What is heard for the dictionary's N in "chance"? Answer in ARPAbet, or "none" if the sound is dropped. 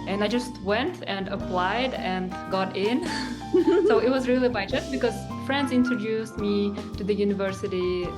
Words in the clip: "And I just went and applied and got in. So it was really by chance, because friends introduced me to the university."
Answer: none